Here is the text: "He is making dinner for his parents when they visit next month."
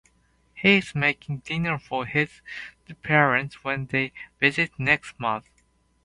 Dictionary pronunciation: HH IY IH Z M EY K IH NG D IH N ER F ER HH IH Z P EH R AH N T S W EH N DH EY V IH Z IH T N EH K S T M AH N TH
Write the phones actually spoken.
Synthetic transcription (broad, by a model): HH IY IH Z M EY K IH NG D IH N ER F ER HH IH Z P EH R AH N T S W EH N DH EY V IH Z IH T N EH K S T M AH N TH